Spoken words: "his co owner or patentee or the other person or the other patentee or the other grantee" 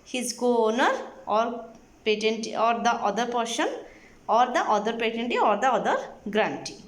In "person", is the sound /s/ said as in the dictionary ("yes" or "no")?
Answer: no